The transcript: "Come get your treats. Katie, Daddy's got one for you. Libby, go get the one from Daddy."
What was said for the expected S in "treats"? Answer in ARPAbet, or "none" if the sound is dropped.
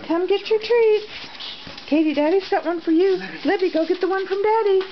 none